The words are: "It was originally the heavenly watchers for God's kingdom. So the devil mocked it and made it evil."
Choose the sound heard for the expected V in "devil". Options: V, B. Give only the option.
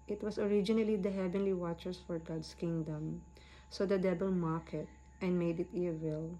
B